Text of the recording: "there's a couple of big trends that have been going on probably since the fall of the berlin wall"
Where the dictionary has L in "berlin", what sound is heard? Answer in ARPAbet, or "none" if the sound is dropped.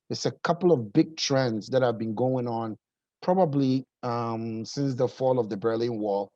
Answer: L